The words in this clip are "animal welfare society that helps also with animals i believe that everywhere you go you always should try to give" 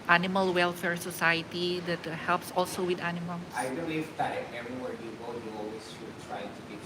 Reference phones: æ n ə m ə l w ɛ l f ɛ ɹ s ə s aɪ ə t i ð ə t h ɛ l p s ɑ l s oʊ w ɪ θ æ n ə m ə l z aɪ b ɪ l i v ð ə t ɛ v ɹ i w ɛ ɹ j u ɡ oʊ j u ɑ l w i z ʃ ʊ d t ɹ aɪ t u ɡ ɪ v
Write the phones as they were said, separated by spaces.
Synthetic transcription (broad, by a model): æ n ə m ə l w ɛ l f ɛ ɹ s ə s aɪ ə t i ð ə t h ɛ l p s ɑ l s oʊ w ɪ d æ n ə m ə l aɪ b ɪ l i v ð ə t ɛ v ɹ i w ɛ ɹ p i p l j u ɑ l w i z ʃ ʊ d t ɹ aɪ t u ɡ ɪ